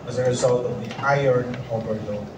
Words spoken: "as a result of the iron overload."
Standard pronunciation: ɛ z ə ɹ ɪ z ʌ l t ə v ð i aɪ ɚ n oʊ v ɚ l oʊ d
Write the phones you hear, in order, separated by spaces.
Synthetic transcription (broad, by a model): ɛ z ə ɹ ɪ z ʌ l t ə v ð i aɪ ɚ n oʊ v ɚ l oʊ